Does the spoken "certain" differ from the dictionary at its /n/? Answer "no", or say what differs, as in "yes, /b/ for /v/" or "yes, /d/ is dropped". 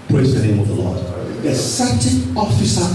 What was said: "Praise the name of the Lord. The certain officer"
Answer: yes, /n/ is dropped